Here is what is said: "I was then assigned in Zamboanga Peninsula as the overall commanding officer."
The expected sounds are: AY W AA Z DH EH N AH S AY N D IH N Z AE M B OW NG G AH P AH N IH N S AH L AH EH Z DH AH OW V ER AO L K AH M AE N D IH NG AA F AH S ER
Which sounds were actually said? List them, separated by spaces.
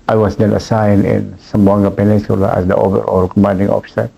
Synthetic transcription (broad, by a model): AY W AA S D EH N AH S AY N IH N S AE M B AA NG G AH P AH N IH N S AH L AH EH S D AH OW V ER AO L K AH M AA N D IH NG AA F S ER